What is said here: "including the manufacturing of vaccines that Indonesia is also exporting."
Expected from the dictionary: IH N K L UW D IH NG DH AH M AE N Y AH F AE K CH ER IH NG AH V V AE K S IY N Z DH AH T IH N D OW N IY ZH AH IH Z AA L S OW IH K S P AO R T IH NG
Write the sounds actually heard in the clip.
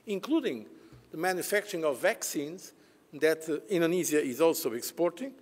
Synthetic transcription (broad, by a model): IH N K L UW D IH NG DH AH M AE N Y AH F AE K CH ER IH NG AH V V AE K S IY N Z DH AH T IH N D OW N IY Z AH IH Z AA L S OW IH K S P AO R T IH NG